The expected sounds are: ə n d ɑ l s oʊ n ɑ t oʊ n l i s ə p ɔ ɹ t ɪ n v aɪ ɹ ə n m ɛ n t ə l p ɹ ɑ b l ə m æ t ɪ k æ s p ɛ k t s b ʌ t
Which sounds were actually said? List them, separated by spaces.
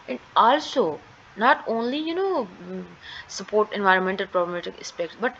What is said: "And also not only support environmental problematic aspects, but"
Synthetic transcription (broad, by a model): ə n d ɑ l s oʊ n ɑ t oʊ n l i s ə p ɔ ɹ t ɪ n v aɪ ɹ ə n m ɛ n t ə l p ɹ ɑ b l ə m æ t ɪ k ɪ s p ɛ k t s b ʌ t